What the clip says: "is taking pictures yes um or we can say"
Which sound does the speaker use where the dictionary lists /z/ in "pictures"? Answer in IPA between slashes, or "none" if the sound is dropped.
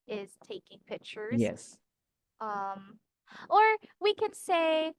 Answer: none